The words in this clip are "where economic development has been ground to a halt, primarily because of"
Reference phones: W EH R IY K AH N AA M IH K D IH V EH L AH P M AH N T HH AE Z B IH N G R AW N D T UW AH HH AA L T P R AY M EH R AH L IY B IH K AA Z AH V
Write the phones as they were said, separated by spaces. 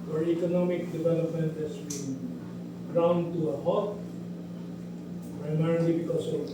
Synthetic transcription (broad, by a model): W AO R IY K AH N AA M IH K D IH V EH L AH P M AH N T HH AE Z B IH N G R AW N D T UW AH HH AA T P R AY M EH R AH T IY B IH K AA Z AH